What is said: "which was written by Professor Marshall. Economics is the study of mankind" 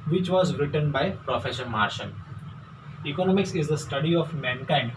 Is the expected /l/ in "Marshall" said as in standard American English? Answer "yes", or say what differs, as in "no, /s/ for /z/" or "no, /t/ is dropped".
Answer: no, /n/ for /l/